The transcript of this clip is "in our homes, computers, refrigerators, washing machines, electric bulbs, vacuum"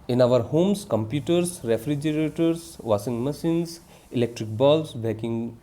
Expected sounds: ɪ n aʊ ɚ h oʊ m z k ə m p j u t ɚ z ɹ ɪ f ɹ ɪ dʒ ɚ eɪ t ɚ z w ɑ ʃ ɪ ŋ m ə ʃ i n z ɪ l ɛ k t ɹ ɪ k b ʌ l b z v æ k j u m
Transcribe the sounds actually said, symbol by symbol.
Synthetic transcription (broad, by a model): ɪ n aʊ ɚ h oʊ m s k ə m p j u t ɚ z ɹ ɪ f ɹ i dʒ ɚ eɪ t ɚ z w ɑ s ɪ ŋ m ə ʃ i n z ɪ l ɛ k t ɹ ɪ k b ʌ l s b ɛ k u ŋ